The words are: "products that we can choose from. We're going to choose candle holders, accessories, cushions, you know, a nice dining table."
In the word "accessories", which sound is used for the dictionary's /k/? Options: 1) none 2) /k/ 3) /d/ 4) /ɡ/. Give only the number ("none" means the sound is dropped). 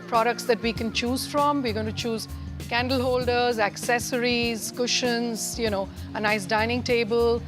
2